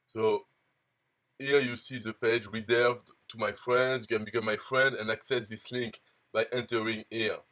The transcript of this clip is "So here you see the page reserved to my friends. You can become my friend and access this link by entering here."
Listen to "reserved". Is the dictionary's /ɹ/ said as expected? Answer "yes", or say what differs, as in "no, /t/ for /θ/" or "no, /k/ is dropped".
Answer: yes